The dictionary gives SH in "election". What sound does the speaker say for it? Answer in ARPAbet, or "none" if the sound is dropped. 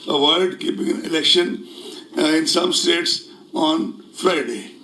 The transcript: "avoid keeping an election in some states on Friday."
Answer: SH